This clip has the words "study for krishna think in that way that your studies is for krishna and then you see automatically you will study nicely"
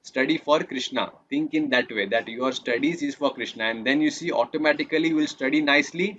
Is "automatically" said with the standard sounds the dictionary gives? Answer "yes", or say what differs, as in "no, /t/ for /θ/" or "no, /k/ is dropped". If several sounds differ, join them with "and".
no, /l/ is dropped